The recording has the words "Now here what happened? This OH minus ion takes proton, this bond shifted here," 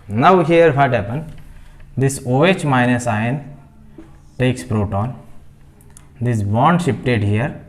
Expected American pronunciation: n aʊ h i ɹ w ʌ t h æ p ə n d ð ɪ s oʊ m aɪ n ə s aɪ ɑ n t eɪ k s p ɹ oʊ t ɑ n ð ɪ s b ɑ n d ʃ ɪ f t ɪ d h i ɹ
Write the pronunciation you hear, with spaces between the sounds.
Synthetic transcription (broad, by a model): n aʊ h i ɹ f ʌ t h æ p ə n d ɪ s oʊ m aɪ n ə s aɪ n t eɪ k s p ɹ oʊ t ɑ n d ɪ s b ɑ n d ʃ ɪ p t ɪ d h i ɹ